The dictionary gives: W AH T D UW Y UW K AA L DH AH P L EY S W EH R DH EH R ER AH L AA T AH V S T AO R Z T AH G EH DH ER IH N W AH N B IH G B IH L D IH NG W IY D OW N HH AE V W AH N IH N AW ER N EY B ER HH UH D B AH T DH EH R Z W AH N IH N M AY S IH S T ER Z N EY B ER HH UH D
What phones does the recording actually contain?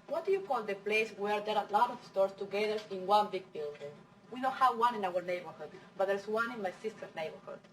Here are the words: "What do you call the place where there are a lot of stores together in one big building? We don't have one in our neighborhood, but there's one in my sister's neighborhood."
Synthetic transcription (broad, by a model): W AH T D UW Y UW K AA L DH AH P L EY S W EH R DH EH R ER AH L AA T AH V S T AO R S T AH G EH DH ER IH N W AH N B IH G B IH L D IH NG W IY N OW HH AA W W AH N IH N AW ER N EY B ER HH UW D B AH T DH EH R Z W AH N IH N M AY S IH S T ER N EY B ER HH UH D